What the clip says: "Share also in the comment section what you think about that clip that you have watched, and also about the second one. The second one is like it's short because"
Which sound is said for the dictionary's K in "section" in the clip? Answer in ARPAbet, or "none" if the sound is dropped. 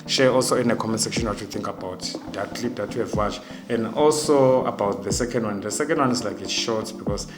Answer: K